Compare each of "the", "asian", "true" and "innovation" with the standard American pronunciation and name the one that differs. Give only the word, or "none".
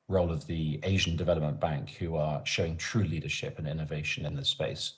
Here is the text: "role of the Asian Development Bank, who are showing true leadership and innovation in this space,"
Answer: none